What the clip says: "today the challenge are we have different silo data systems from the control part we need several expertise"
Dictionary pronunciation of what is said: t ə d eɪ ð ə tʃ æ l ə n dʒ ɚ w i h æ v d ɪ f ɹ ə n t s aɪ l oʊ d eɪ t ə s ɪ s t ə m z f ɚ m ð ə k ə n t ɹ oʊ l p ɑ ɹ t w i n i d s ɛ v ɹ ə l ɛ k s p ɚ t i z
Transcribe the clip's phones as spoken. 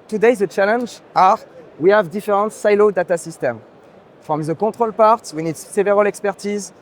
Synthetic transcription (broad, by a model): t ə d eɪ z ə tʃ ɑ l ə n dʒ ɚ w i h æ v d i f ɹ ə n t s aɪ l oʊ d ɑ t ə s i s t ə m f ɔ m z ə k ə t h oʊ l p ɑ ɹ t w i n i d s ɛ v ɹ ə l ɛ k s p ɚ t i z